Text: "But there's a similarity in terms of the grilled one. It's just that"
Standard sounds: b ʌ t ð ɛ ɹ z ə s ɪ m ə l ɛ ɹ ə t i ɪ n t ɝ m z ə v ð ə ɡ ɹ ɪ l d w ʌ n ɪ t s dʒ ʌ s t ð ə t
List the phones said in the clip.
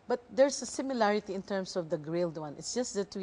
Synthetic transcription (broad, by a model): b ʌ t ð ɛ ɹ s ə s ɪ m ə l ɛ ɹ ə t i ɪ n t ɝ m s ə v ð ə ɡ ɹ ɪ l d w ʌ n ɪ t s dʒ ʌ s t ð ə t